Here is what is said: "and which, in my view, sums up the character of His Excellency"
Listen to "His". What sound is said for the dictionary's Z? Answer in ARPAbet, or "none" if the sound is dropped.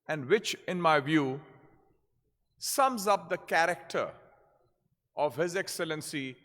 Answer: Z